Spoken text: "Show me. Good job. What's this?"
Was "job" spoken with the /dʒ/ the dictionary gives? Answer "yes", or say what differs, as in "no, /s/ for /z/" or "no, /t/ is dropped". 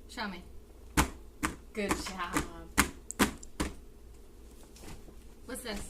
no, /ʃ/ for /dʒ/